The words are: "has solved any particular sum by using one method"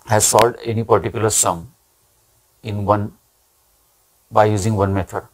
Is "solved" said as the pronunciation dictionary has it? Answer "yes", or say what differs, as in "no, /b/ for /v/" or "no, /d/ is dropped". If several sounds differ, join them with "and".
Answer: no, /v/ is dropped